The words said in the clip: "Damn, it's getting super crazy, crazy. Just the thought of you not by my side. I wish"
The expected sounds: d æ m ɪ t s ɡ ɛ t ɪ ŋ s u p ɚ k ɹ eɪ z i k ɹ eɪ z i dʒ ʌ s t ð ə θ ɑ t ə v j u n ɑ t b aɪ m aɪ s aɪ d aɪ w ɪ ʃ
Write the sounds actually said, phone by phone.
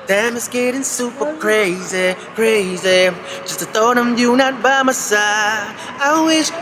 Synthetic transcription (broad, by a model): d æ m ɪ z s ɡ ɛ t ɪ ŋ s u p ɚ k ɹ eɪ z i k ɹ eɪ z i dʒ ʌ s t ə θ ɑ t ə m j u n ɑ t b aɪ m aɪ s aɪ aɪ w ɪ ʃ